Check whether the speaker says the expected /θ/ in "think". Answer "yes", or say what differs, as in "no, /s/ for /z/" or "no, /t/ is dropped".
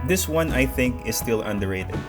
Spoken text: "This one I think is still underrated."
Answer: yes